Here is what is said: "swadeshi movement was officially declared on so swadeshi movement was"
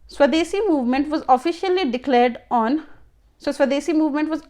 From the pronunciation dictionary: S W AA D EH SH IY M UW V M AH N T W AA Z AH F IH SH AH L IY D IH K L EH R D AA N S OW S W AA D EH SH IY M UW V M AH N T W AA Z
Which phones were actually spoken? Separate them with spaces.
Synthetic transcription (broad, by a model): S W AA D EH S IY M UW V M AH N T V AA Z AH F IH SH AH L IY D IH K L EH R D AA N S OW S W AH D EH S IY M UW V M AH N T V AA Z